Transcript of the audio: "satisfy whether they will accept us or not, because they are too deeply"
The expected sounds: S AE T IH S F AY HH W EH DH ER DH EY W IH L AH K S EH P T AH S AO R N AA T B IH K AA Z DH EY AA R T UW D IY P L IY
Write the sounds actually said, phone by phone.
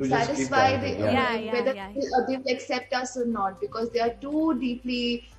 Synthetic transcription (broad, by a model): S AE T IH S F AY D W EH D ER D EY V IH L AH K S EH P T AH S AO R N AA T B IH K AA Z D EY AA R T UW D IY P L IY